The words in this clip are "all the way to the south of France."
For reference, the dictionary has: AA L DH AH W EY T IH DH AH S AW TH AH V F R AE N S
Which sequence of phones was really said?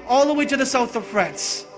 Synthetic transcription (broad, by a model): AA L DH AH W EY T IH DH AH S AW TH AH V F R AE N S